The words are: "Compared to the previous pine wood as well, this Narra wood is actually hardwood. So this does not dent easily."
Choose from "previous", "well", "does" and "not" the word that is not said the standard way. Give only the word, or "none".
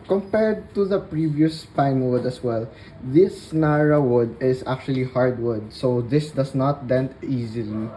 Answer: does